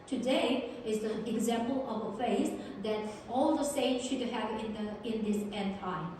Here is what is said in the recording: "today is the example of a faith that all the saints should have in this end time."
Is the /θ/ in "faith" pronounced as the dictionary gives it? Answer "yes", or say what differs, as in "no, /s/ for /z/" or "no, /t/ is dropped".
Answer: no, /s/ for /θ/